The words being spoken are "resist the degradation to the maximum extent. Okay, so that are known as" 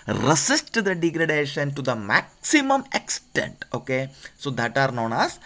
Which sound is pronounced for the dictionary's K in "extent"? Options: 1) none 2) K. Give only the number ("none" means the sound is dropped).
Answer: 2